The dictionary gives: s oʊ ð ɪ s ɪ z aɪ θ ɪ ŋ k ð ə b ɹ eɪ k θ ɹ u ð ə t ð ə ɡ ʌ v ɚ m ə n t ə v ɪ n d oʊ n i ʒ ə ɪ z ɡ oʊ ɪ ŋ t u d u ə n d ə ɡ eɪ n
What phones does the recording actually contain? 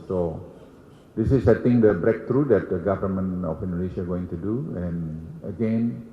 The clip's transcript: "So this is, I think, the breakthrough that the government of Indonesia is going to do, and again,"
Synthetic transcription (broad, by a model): s oʊ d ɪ s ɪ s aɪ t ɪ ŋ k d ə b ɹ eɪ k t ɹ u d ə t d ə ɡ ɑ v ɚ m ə n ə f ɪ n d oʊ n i ʃ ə ɡ oʊ ɪ ŋ t u d u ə n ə ɡ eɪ n